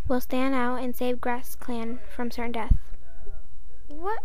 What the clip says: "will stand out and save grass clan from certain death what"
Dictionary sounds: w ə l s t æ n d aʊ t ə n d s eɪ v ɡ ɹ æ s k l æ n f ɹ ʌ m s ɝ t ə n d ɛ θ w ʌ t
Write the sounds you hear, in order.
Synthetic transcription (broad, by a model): w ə l s t æ n d aʊ t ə n s eɪ v ɡ ɹ æ s k l æ n f ɹ ʌ m s ɝ t n d ɛ θ w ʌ t